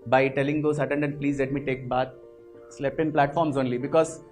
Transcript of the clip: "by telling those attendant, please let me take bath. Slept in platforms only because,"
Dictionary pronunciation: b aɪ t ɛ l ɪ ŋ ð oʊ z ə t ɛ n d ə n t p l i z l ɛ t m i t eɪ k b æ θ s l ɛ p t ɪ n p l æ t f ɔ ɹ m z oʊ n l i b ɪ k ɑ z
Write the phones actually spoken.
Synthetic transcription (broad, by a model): b aɪ t ɛ l ɪ ŋ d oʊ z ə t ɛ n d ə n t p l i z l ɛ t m i t eɪ k b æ t s l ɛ p ɪ n p l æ t f ɔ ɹ m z oʊ n l i b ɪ k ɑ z